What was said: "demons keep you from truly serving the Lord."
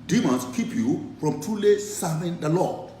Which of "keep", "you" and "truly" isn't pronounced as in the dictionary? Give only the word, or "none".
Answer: truly